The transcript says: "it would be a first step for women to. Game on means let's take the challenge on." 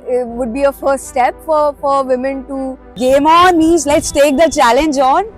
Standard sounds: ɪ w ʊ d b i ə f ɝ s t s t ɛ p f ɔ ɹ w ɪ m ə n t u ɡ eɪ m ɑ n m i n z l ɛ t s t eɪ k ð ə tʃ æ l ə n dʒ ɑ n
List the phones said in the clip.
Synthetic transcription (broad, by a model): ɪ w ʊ d b i ə f ɝ s t s t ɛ p f ɔ ɹ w ɪ m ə n t u ɡ eɪ m ɑ n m i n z l ɛ t s t eɪ k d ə tʃ æ l ə n dʒ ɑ n